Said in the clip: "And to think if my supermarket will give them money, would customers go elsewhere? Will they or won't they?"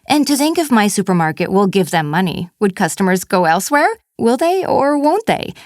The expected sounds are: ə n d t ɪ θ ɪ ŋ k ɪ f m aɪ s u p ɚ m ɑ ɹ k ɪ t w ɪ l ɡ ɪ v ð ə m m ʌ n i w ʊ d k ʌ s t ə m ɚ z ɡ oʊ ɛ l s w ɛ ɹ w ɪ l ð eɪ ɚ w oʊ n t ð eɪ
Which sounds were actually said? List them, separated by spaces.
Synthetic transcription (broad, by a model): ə n t ɪ θ ɪ ŋ k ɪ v m aɪ s u p ɚ m ɑ ɹ k ɪ t w ɪ l ɡ ɪ v ð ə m m ʌ n i w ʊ d k ʌ s t ə m ɚ z ɡ oʊ ɛ l s w ɛ ɹ w ɪ l ð eɪ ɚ w oʊ n t ð eɪ